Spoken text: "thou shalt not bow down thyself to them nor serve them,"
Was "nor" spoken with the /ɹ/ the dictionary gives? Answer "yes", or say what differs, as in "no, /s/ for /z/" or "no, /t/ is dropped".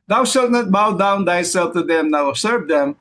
no, /w/ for /ɹ/